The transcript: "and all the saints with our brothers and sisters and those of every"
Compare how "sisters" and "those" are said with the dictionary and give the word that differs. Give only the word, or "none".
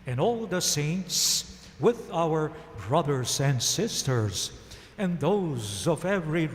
none